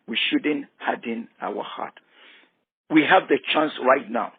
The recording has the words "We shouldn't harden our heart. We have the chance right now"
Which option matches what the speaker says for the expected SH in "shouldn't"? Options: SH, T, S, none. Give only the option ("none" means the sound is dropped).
SH